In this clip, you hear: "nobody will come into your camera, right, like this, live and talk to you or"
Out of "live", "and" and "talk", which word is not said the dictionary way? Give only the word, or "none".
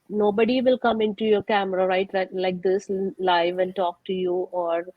none